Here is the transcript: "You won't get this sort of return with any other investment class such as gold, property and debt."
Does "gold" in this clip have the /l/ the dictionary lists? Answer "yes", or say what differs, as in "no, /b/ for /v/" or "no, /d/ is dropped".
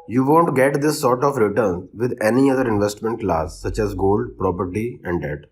yes